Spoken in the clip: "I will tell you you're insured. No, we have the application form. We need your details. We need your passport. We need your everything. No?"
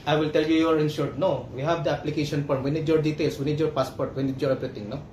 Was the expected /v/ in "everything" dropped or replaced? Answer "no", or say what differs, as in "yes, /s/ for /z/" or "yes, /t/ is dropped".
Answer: yes, /p/ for /v/